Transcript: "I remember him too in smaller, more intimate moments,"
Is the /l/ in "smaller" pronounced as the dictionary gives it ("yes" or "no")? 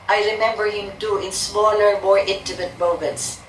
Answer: no